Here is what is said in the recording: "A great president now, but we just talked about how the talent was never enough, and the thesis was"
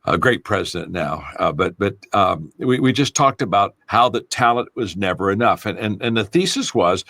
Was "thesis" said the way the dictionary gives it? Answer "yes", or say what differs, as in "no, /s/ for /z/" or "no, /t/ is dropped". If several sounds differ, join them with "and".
yes